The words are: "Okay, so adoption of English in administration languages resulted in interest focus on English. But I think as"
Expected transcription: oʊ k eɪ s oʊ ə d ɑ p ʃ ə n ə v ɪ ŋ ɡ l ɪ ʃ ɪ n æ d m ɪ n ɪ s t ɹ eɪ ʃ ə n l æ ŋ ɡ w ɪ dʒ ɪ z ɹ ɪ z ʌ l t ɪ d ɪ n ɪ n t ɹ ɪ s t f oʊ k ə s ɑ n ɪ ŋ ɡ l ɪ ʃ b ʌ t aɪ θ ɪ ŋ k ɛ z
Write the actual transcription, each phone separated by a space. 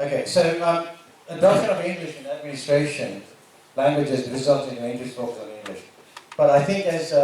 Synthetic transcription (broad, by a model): oʊ k eɪ s oʊ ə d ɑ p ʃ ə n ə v ɪ ŋ ɡ l ɪ ʃ ɪ n æ d m ɪ n ɪ s t ɹ eɪ ʃ ə n l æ ŋ ɡ w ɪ dʒ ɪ z ɹ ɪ z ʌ l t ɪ ɪ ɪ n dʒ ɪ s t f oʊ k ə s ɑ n ɪ ŋ ɡ l ɪ ʃ b ʌ t aɪ θ ɪ ŋ k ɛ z